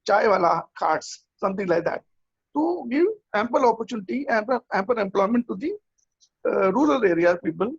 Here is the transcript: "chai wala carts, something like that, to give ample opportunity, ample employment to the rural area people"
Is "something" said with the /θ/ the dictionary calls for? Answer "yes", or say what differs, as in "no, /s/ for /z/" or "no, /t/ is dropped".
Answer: no, /t/ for /θ/